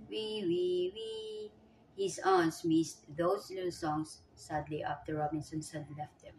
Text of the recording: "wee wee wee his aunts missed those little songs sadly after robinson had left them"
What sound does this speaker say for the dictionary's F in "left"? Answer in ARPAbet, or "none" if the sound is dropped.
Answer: F